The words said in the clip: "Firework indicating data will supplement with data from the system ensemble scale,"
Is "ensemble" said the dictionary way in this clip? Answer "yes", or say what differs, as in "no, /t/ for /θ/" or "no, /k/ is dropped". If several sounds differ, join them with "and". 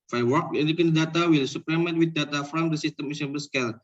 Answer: no, /n/ is dropped and /m/ is dropped